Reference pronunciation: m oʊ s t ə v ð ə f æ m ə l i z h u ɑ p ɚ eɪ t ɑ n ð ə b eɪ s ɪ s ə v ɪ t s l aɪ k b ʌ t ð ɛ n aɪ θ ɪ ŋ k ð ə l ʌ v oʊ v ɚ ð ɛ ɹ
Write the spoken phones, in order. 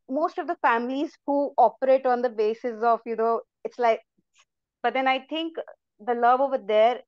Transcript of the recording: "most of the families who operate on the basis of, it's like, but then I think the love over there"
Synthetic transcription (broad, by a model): m oʊ s t ə v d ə f æ m ə l i z h u ɑ p ɚ eɪ t ɑ n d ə b eɪ s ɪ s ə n ɪ t s l aɪ k b ʌ t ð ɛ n aɪ t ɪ ŋ k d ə l ʌ v oʊ v ɚ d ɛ ɹ